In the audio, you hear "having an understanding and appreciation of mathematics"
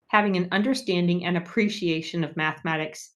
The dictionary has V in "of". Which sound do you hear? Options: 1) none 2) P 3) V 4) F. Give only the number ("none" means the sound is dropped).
3